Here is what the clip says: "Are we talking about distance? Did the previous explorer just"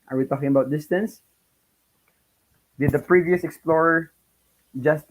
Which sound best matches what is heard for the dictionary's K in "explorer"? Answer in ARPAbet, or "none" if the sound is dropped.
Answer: K